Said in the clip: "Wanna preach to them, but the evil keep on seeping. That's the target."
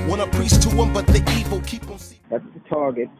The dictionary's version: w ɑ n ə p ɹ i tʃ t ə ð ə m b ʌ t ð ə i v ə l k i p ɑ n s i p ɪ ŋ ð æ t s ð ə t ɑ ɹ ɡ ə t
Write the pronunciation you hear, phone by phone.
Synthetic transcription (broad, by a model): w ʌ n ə p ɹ i s t ə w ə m b ʌ t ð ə i v ə l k i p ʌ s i ð æ t s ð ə t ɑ ɹ ɡ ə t